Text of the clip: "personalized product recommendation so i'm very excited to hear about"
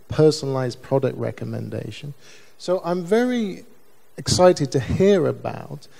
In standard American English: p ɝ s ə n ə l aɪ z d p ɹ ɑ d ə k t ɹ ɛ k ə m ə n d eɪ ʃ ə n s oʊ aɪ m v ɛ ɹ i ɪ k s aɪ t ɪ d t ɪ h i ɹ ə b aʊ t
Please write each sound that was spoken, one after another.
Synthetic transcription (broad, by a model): p ɝ s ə n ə l aɪ z p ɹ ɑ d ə k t ɹ ɛ k ə m ə n d eɪ ʃ ə n s oʊ aɪ m v ɛ ɹ i ɪ k s aɪ t ɪ d t ɪ h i ɹ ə b aʊ t